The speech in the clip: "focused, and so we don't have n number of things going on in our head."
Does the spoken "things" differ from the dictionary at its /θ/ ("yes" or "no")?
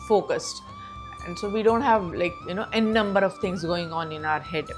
yes